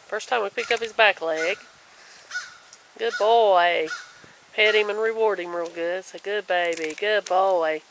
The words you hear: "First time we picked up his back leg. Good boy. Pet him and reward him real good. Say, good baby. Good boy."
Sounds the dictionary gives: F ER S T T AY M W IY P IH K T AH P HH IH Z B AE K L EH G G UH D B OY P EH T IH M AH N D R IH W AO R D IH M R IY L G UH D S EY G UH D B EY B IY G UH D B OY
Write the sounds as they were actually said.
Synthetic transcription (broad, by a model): F ER S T T AY M W IY P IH K AH P HH IH Z B AE K L EH G G UH D B OY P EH T IH M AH N R IH W AO R D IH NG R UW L G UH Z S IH G UH D B EY B IY G UH D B OY